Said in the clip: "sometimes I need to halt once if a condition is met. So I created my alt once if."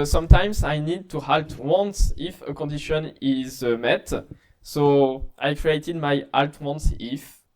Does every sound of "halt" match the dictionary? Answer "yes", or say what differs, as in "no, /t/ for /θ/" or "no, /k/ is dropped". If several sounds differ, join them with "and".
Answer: yes